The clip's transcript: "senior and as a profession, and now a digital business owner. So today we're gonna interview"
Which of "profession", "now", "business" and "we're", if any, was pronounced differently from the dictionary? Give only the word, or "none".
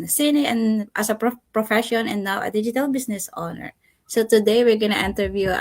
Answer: business